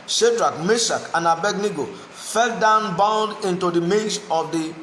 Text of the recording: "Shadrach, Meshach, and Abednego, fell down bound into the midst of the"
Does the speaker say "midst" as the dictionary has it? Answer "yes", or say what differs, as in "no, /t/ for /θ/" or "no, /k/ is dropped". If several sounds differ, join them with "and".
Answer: no, /t/ is dropped